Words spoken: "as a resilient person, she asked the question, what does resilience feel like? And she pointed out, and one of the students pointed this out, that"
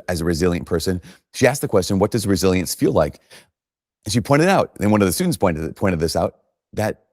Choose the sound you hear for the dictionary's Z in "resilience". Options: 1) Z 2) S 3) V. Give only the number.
1